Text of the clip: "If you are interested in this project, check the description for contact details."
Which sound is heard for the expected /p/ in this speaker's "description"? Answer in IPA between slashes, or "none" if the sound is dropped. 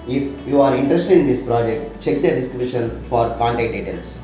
/b/